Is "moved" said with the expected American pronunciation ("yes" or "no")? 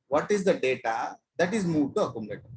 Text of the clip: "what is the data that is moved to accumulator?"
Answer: no